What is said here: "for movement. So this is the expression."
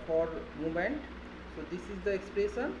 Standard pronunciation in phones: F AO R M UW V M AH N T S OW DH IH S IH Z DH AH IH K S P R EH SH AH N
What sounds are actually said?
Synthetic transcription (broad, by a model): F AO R M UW M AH N T S OW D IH S IH Z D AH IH K S P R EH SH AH N